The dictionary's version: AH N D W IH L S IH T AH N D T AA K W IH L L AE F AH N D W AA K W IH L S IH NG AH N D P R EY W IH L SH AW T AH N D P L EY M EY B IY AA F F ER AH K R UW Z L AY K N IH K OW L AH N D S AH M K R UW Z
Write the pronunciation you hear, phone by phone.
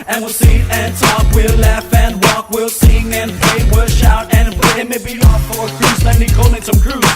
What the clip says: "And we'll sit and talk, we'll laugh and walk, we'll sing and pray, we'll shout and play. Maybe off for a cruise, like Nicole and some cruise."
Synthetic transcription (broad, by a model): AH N W IH L S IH AH N T AA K W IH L L AE F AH N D W AA K W IH L S IH NG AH N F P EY W IH L SH AW T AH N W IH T M EY B IY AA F F ER AH K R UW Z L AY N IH K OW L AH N S AH M K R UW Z